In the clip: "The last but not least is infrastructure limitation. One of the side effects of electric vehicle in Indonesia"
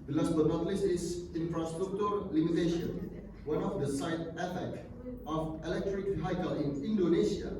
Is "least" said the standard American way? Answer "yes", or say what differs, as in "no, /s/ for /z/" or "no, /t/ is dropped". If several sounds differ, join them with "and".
no, /t/ is dropped